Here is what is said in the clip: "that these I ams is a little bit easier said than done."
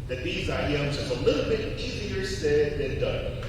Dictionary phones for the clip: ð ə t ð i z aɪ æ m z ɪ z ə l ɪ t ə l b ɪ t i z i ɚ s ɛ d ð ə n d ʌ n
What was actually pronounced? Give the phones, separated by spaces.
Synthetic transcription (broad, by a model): ð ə t ð i z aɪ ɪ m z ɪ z ə l ɪ t l b ɪ t i z i ɚ s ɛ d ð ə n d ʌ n